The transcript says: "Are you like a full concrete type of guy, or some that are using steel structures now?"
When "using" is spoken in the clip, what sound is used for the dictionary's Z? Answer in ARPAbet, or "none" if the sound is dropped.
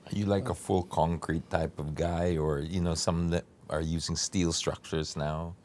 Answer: Z